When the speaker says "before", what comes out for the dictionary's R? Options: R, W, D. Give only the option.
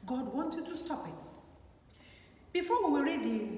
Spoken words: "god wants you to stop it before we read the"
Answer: W